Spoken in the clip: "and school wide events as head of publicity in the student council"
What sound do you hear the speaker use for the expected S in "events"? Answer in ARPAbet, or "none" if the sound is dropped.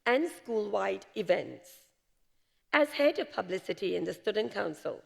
S